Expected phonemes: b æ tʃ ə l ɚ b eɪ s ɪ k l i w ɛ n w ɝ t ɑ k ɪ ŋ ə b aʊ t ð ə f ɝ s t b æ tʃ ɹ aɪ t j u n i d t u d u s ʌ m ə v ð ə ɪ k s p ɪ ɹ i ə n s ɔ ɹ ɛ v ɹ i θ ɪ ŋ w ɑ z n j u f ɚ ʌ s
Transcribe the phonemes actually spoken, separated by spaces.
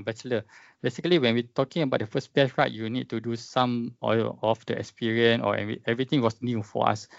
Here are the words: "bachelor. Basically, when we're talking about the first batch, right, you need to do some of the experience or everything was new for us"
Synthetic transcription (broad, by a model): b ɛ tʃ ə l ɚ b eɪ s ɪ k l i w ɛ n w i t ɑ k ɪ ŋ ə b aʊ t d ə f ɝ s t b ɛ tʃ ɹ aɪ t j u n i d t u d u s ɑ m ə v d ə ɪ k s p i ɹ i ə n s ɔ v ɛ v ɹ i t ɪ ŋ w ɑ s n j u f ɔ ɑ s